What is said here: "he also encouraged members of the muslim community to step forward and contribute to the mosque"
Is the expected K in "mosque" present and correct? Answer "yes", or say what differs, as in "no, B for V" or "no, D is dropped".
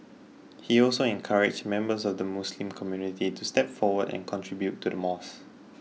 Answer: no, K is dropped